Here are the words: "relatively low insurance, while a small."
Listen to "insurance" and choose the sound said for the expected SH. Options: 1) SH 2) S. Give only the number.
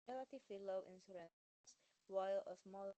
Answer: 2